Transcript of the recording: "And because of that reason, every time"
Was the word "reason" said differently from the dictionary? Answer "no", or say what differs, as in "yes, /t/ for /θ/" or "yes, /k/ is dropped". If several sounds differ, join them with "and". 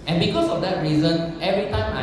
no